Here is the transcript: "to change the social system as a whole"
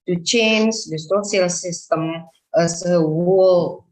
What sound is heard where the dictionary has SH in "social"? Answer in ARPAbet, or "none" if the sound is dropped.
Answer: S